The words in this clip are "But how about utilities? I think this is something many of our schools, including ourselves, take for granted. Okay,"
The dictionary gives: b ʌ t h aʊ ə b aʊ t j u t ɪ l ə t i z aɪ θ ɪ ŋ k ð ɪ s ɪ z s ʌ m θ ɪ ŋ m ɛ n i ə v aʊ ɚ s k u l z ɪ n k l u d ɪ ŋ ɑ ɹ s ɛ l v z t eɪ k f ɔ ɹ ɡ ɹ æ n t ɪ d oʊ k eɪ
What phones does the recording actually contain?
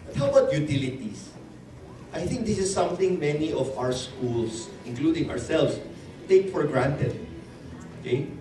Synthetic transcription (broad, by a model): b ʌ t h aʊ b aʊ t j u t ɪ l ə t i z aɪ θ ɪ ŋ k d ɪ s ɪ s ʌ m θ ɪ ŋ m ɛ n i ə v aʊ ɚ s k u l s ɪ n k l u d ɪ ŋ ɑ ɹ s ɛ l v s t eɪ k f ɔ ɹ ɡ ɹ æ n t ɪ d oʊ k eɪ